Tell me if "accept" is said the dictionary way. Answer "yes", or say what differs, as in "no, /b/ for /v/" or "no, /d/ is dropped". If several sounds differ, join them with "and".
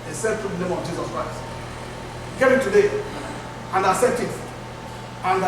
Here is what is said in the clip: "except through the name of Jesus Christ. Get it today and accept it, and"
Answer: no, /k/ is dropped